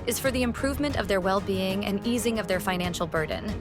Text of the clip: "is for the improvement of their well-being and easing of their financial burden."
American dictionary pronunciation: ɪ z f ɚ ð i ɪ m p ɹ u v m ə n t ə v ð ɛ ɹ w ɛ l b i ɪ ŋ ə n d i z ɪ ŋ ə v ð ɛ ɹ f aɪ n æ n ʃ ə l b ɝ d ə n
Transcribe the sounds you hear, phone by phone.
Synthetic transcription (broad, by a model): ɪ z f ɚ ð i ɪ m p ɹ u v m ə n t ə v ð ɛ ɹ w ɛ l b i ɪ ŋ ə n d i z ɪ ŋ ə v ð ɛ ɹ f aɪ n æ n ʃ l b ɝ d n